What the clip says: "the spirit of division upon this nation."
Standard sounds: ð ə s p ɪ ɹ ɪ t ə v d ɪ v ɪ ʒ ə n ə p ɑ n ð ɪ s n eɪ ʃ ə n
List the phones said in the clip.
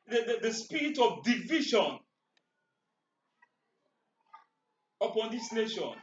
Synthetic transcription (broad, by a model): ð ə s p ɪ ɹ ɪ t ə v d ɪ v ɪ ʃ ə n ə p ɑ n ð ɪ s n eɪ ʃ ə n